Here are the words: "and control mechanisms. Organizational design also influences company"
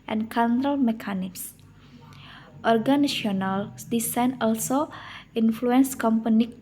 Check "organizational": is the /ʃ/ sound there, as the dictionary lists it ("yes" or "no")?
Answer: no